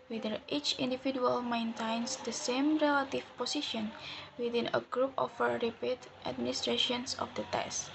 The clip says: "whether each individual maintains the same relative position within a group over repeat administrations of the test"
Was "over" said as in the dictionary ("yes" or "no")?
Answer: no